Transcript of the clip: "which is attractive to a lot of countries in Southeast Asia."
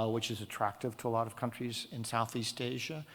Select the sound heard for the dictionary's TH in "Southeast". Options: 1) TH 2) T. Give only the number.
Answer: 1